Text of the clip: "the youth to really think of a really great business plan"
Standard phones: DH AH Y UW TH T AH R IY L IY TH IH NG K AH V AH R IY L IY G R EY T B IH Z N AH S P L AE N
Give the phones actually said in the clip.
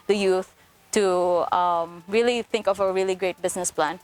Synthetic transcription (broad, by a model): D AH Y UW TH T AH R IY L IY TH IH NG K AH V AH R IY L IY G R EY T B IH S N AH S P L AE N